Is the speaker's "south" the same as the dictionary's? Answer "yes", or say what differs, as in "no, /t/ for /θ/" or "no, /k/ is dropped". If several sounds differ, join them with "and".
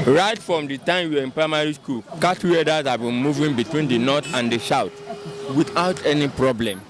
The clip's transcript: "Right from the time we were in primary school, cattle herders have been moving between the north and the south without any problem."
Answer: no, /ʃ/ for /s/ and /t/ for /θ/